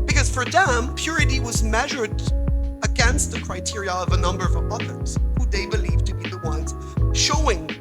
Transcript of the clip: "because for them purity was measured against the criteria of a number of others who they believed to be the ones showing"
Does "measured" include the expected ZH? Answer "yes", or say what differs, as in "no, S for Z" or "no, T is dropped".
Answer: yes